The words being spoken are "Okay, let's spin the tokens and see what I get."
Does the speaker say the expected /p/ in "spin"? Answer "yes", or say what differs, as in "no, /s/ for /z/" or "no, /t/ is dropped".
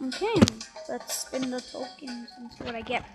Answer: no, /p/ is dropped